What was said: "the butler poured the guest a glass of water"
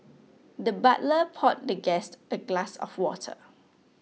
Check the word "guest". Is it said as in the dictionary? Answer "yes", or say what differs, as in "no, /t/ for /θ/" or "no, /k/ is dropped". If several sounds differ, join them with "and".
yes